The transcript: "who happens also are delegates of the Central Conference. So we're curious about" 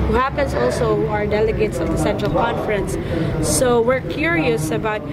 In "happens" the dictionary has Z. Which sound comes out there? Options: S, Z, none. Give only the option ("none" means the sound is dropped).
S